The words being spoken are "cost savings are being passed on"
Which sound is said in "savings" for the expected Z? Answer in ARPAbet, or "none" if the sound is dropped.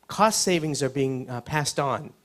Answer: Z